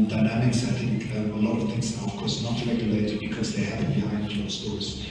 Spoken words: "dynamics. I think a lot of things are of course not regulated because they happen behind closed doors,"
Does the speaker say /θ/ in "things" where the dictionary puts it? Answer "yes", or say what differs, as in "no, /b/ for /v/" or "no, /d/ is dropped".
yes